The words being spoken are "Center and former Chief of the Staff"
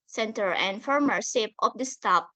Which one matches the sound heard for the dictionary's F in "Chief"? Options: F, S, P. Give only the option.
P